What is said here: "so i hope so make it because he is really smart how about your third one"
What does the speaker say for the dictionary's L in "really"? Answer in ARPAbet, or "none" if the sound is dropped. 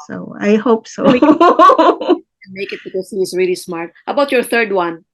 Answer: L